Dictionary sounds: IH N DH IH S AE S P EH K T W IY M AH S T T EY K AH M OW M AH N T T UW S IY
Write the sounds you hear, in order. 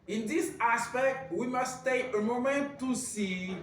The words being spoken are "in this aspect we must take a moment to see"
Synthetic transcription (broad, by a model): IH N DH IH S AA S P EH K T W IY M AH S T T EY AH M OW M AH N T T UW S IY